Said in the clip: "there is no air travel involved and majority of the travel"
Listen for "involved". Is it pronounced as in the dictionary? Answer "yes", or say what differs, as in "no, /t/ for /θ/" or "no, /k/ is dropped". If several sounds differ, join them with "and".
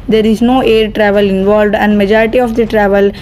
yes